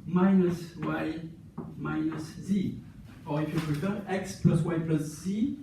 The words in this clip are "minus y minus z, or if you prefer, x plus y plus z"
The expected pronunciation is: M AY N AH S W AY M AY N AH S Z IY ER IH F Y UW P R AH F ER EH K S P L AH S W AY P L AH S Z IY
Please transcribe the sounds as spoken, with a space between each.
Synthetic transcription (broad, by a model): M AY N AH S W AY M AY N AH S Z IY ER IH F Y UW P AH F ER EH K S P L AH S W AY P L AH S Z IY